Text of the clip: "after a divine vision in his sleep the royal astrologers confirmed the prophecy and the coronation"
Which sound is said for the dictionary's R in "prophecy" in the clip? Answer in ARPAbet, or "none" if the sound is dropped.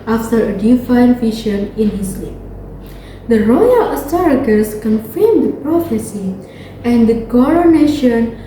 R